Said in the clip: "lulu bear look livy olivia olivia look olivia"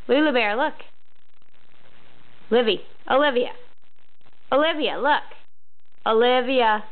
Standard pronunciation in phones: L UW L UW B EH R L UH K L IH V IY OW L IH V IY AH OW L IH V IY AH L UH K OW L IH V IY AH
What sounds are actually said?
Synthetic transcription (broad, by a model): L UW L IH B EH R L UH K L IH V IY OW L IH V IY AH OW L IH V IY AH L UH K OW L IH V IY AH